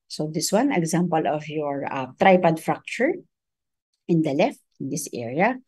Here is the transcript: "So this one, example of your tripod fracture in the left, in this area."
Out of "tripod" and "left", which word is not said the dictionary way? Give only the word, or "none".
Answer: none